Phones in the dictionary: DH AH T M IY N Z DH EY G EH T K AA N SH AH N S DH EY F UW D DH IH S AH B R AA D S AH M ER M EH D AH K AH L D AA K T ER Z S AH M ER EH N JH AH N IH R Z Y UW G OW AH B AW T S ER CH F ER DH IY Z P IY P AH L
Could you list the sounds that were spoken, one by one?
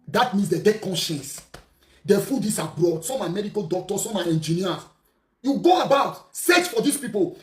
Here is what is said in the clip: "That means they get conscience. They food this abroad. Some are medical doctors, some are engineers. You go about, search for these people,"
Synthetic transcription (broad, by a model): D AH T M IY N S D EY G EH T K AA N SH AH N S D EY F UW D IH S AH B R AA D S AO M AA M EH D AH K AH L D AA K T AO S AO M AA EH N JH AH N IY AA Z Y UW G OW AH B AW T S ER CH F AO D IY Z P IY P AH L